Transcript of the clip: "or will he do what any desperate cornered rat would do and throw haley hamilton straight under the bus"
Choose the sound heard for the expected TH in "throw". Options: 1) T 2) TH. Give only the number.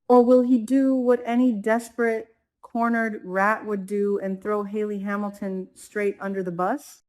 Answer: 2